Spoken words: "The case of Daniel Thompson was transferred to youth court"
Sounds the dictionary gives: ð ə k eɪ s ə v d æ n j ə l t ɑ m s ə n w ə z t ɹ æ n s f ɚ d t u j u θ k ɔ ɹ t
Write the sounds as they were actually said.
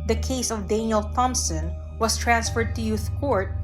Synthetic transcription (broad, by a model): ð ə k eɪ s ə v d æ n j ə l t ɑ m s ə n w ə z t ɹ æ n s f ɚ d t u j u θ k ɔ ɹ t